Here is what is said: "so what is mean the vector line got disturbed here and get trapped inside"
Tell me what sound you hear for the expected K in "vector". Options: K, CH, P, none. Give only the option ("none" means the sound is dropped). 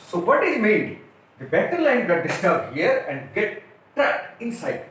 none